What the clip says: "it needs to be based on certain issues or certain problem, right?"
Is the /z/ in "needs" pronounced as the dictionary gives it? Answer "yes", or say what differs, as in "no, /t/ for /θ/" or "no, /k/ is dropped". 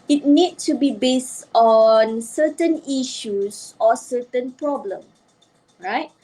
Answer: no, /z/ is dropped